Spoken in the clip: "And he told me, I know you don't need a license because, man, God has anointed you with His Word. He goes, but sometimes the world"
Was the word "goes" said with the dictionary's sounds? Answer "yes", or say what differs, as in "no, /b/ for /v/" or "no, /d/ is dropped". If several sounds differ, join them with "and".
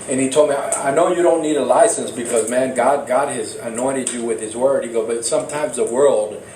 no, /z/ is dropped